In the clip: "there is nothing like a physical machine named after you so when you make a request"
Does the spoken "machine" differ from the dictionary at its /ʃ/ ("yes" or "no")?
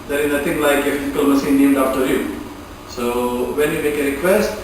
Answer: yes